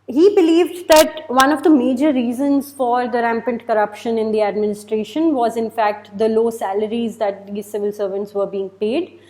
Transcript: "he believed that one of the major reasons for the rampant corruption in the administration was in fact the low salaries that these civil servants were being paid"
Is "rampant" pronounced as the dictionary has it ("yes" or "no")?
yes